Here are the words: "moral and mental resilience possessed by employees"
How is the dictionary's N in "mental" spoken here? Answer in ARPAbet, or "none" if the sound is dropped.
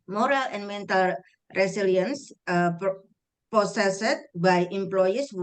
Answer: N